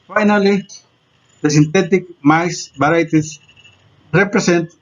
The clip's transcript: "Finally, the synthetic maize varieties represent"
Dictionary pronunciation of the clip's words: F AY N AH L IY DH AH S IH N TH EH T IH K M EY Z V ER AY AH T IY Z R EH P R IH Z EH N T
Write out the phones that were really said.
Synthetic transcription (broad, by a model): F AY N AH L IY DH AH S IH N T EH T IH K M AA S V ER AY T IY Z R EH P R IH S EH N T